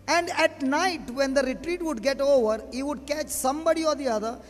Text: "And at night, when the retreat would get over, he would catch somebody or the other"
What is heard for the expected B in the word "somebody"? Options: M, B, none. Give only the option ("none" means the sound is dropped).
B